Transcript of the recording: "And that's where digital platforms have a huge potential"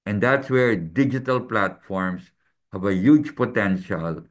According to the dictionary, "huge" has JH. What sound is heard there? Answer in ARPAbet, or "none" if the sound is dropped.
JH